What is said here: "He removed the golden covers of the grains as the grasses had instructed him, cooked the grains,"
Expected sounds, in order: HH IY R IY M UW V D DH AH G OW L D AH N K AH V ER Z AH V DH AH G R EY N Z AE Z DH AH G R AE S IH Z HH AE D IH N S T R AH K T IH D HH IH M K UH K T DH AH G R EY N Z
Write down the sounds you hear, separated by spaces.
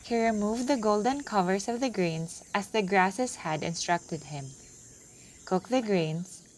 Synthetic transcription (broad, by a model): HH IY R IY M UW V D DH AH G OW L D AH N K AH V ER S AH V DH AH G R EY N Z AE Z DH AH G R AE S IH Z HH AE D IH N S T R AH K T IH D HH IH M K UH K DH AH G R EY N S